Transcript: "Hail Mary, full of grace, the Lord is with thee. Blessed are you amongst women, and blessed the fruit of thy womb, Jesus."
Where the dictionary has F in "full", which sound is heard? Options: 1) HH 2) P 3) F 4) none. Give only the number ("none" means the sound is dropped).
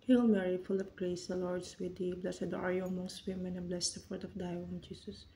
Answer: 3